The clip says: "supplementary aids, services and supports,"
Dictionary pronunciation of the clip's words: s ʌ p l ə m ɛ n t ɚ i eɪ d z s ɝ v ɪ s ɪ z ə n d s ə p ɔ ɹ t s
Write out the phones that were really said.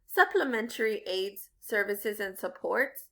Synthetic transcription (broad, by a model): s ʌ p l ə m ɛ n t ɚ i eɪ d z s ɝ v ɪ s ɪ z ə n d s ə p ɔ ɹ t s